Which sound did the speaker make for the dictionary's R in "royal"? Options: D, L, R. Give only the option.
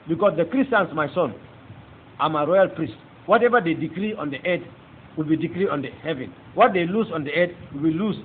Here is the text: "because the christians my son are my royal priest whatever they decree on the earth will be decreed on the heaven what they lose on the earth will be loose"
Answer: R